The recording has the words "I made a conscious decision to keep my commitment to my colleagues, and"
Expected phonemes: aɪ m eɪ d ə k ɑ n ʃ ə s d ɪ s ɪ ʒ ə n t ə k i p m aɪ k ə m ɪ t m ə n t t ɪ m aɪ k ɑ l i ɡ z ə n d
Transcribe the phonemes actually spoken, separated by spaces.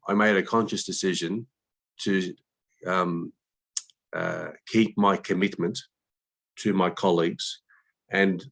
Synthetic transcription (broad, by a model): aɪ m eɪ d ə k ɑ n ʃ ə s d ɪ s ɪ ʒ ə n t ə k i p m aɪ k ə m ɪ t m ə n t t ɪ m aɪ k ɑ l i ɡ z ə n